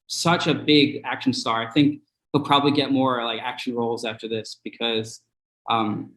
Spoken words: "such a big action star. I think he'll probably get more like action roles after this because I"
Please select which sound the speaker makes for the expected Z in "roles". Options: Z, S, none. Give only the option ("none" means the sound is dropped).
Z